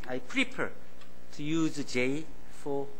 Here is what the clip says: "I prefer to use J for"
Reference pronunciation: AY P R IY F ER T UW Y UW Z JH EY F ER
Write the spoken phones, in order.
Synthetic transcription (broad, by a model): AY P R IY P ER T UW Y UW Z JH EY F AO